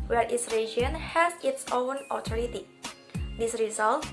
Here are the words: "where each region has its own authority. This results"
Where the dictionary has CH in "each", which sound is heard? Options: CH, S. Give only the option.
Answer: S